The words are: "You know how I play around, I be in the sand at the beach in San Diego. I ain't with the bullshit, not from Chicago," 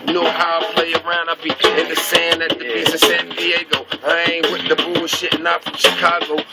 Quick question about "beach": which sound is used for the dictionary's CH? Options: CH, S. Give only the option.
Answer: S